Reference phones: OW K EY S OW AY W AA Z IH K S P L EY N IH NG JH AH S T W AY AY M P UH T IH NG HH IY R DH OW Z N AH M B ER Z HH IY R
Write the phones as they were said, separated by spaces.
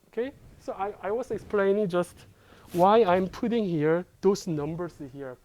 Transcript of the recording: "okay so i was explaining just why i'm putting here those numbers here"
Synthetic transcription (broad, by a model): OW K EY S OW AY W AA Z IH K S P L EY N IH NG JH AH S T W AY AY M P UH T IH NG HH IY R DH OW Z N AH M B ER S HH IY R